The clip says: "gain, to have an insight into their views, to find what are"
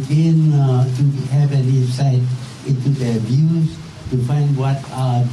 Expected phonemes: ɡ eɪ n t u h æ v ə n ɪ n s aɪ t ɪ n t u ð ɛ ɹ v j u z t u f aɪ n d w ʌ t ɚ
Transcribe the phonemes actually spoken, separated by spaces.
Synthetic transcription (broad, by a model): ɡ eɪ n t u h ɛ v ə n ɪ s aɪ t ɪ n t u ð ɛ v j u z t u f aɪ n d w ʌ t